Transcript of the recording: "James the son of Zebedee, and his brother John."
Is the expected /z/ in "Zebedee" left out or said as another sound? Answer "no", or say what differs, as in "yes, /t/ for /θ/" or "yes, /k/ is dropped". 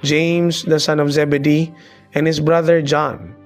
no